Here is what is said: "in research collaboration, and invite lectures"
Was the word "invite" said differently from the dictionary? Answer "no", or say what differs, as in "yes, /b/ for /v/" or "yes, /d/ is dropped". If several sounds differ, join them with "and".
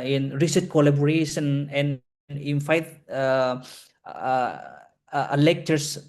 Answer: yes, /f/ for /v/